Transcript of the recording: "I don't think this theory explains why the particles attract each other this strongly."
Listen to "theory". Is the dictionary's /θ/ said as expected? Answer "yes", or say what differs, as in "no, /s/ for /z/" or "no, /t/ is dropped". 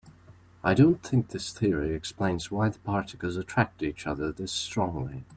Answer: yes